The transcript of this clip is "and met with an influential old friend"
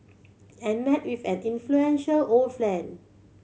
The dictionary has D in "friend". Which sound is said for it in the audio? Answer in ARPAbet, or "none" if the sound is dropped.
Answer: none